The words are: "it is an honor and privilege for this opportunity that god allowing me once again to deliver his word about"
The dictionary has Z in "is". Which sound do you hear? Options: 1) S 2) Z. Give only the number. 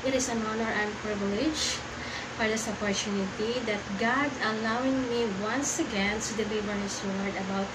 1